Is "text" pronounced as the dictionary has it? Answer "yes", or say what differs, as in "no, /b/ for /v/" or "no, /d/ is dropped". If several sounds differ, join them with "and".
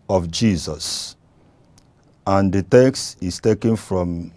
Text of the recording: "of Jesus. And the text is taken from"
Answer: yes